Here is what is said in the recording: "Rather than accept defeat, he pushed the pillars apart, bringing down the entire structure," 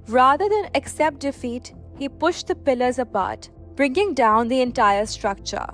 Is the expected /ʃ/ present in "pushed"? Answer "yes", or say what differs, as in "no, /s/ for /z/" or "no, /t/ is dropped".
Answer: yes